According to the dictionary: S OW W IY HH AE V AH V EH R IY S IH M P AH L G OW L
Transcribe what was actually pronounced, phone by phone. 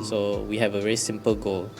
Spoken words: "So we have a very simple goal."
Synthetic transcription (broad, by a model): S OW W IY HH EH V AH V EH R IY S IH M P AH L G OW L